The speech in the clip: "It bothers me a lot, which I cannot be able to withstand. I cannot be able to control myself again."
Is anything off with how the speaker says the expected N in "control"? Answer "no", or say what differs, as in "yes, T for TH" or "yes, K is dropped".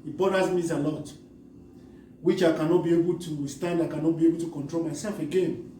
no